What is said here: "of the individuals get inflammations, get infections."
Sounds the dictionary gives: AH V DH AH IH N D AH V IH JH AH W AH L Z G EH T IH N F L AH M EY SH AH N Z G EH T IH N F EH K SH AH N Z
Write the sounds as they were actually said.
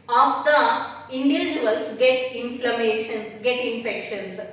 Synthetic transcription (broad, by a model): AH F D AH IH N D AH AH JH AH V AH L S G EH T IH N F L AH M EY SH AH N S G EH T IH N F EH K SH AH N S